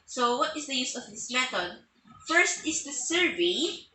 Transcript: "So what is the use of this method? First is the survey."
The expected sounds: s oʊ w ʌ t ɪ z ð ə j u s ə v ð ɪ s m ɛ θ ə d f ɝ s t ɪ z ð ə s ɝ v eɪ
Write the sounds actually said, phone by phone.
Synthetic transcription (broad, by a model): s oʊ w ʌ t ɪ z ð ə j u s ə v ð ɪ s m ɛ t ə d f ɝ s t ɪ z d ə s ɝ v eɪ